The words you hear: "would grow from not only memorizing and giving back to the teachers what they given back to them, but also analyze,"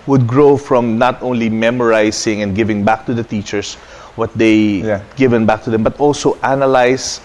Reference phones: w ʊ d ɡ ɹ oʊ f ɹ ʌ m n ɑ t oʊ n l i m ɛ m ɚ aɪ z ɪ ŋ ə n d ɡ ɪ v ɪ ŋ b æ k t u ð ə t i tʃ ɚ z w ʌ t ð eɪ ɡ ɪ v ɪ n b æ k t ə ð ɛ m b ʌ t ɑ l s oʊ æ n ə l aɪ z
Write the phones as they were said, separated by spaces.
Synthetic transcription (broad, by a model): w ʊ d ɡ ɹ oʊ f ɹ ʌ m n ɑ t oʊ n l i m ɛ m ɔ aɪ s ɪ ŋ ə n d ɡ ɪ v ɪ ŋ b æ k t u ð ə t i tʃ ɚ s w ʌ t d eɪ ɡ ɪ v ɪ n b æ k t ə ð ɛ m b ʌ t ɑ l s oʊ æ n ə l aɪ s